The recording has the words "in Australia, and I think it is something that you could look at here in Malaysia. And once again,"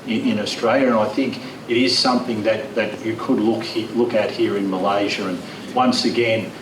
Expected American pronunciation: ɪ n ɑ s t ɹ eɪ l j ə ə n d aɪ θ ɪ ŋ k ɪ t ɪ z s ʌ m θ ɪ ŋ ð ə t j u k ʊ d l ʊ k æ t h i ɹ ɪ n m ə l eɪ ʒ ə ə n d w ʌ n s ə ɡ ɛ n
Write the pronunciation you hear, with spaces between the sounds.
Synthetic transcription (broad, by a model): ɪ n ɑ s t ɹ eɪ l j ə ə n aɪ θ ɪ ŋ k ɪ t ɪ z s ʌ m θ ɪ ŋ ð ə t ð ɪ k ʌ d l ʊ k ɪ t h i ɹ ɪ n m ə l eɪ ʒ ə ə n w ʌ n s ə ɡ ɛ n